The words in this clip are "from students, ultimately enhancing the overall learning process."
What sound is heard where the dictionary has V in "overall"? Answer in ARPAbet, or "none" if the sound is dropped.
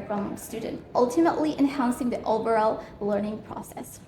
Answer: B